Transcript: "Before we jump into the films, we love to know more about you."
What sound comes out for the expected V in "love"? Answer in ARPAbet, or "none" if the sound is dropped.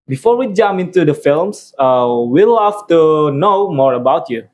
F